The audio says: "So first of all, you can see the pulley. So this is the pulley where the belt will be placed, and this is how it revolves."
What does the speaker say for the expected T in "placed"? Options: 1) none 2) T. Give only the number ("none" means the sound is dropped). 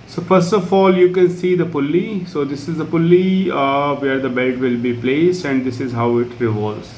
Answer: 2